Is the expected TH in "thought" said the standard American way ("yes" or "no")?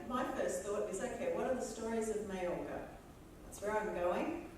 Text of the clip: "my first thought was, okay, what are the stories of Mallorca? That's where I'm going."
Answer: yes